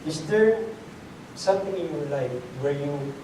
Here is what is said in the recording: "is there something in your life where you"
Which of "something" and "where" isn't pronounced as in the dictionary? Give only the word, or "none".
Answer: something